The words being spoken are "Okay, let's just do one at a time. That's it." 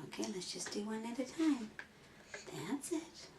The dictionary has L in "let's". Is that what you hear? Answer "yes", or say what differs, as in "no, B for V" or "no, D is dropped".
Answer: yes